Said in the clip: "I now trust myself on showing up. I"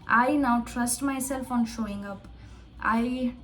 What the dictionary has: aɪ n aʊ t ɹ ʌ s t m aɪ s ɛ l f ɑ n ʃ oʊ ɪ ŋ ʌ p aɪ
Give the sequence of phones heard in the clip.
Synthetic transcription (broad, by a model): aɪ n aʊ t ɹ ʌ s t m aɪ s ɛ l f ɑ n ʃ oʊ ɪ ŋ ʌ p aɪ